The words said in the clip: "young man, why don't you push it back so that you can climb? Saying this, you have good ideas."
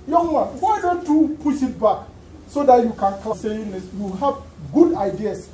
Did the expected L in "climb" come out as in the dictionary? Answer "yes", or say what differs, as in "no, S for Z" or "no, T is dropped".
no, L is dropped